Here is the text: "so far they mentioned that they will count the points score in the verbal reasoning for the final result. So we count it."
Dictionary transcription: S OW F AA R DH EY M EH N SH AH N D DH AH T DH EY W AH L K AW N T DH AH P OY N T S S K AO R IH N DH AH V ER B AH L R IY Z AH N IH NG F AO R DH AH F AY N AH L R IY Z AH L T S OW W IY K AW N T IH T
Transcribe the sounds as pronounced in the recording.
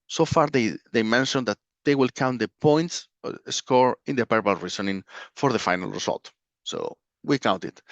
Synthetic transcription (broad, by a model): S OW F AA R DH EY M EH N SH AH N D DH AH T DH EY W AH L K AW N T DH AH P OY N T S S K AO R IH N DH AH P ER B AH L R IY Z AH N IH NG F AO R DH AH F AY N AH L R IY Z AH L T S OW W IY K AW N T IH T